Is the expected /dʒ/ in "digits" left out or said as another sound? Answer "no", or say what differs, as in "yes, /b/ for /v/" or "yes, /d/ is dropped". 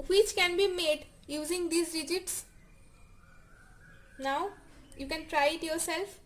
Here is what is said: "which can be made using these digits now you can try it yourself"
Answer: no